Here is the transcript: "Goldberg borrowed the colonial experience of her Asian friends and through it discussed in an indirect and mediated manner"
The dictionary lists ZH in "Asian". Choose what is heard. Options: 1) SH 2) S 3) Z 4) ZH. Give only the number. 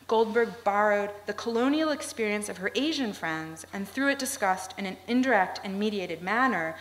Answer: 4